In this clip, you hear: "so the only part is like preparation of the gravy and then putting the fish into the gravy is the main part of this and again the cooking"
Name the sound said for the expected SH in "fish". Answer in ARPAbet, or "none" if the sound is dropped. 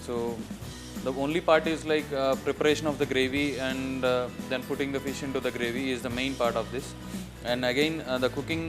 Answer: SH